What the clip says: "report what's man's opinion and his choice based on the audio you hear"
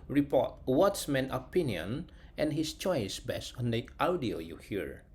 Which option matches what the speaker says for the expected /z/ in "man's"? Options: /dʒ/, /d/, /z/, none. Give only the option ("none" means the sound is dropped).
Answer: none